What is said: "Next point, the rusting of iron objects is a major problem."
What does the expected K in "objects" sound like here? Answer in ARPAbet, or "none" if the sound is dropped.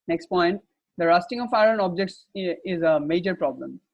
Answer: K